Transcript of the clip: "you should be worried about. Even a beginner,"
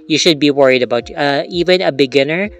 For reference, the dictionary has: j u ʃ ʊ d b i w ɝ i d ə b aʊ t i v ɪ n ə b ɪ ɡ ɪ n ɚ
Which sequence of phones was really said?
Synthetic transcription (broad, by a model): j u ʃ ʊ d b i w ɝ i d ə b aʊ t i v ɪ n ə b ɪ ɡ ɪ n ɚ